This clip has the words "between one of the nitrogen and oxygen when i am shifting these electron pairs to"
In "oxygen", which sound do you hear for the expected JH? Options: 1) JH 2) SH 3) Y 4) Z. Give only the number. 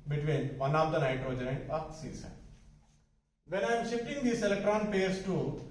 4